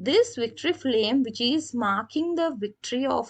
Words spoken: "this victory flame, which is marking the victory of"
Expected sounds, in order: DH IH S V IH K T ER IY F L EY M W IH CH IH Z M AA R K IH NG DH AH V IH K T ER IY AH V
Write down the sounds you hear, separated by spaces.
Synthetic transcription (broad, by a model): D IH S V IH K T ER IY F L EY M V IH CH IH Z M AA R K IH NG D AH V IH K T ER IY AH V